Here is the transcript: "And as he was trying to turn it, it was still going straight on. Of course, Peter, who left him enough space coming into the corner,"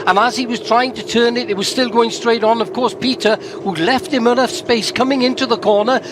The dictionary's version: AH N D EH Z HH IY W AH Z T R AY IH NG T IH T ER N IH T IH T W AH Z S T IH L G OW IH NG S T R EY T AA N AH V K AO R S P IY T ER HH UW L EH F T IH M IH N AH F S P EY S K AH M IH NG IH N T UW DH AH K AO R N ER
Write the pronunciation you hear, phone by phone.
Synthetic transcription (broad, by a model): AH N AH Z IY W AH Z T R AY IH NG T IH T ER N IH T IH T W AH Z S T IH L G OW IH NG S T R EY T N AH V K AO R S P IY T ER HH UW L EH F T IH M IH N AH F S P EY S K AH M IH NG IH N T UW DH AH K AO R N ER